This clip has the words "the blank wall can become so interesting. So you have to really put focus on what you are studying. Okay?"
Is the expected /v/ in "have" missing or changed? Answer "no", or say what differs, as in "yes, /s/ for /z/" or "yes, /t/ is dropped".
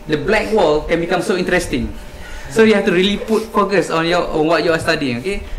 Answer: yes, /f/ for /v/